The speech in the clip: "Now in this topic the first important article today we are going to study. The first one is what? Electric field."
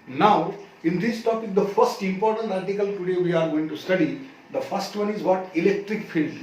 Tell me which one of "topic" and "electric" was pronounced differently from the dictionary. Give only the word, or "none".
none